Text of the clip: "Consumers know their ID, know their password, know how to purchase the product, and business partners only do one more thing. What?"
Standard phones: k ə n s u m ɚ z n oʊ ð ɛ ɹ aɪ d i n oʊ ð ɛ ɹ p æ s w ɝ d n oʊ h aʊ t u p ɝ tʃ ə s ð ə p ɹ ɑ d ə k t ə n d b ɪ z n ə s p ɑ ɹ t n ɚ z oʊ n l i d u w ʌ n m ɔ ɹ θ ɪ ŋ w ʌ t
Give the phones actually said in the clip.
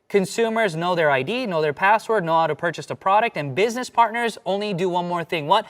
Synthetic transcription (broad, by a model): k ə n s u m ɚ z n oʊ ð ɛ ɹ aɪ d i n oʊ ð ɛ ɹ p æ s w ɝ d n oʊ h aʊ t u p ɝ tʃ ə s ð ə p ɹ ɑ d ə k t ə n b ɪ z n ə s p ɑ ɹ t n ɚ z oʊ n l i d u w ʌ n m ɔ ɹ θ ɪ ŋ w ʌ t